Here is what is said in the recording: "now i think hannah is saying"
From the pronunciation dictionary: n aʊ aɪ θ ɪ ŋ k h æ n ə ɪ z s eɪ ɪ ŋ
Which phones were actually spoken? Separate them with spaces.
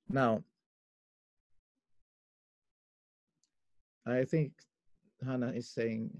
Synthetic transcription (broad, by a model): n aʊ aɪ θ ɪ ŋ k h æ n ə ɪ z s eɪ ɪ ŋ